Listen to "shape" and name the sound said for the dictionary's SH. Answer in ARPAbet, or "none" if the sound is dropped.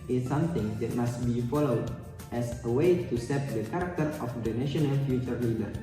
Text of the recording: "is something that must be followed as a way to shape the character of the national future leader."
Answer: S